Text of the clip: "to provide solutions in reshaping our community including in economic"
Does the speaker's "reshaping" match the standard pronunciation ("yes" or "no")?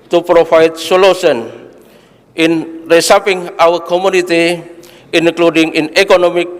no